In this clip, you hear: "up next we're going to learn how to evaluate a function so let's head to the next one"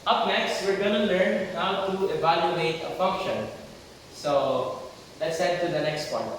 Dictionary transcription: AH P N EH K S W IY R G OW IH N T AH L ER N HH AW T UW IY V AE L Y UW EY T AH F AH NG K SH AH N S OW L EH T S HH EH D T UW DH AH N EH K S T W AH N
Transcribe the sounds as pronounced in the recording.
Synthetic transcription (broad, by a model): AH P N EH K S W IY R G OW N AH L ER N HH AW T UW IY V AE L Y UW EY T AH F AH NG K SH AH N S OW L EH T S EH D T UW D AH N EH K S T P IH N